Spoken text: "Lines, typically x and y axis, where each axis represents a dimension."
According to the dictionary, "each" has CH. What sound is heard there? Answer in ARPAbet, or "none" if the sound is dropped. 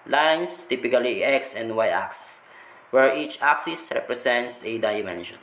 CH